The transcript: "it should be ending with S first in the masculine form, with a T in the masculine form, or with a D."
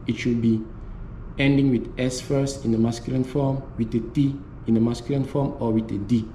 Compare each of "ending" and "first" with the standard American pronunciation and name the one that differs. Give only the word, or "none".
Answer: first